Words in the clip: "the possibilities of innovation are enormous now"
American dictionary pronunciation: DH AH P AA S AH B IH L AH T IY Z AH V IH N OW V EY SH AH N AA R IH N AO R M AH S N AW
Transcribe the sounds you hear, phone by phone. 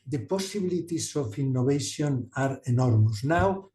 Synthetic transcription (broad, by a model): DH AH P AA S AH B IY L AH T IY S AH F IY N OW B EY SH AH N AA R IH N AO R M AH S N AW